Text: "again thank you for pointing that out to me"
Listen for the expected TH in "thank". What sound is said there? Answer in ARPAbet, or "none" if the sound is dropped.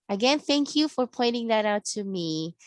TH